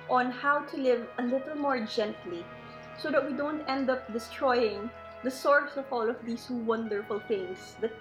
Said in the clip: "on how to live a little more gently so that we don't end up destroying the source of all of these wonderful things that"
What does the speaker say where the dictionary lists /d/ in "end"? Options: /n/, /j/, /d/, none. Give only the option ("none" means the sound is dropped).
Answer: /d/